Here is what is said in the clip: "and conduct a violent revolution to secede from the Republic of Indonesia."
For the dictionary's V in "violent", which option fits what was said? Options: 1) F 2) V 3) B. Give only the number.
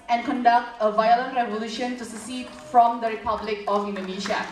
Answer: 2